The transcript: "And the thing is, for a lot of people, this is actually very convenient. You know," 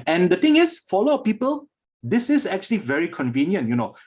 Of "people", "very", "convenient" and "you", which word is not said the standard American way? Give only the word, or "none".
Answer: none